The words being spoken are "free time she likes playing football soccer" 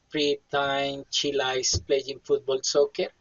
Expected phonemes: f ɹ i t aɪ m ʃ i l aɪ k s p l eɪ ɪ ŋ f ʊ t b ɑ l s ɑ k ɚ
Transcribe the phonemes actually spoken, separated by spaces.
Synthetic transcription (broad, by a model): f ɹ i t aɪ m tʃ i l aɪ s p l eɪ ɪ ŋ f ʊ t b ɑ l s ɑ k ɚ